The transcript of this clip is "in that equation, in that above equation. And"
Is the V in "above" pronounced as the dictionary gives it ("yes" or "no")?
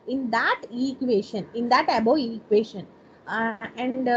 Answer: no